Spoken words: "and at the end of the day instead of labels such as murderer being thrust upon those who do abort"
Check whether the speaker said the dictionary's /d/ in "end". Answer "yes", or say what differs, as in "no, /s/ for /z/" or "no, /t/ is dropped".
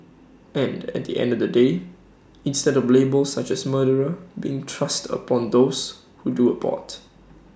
yes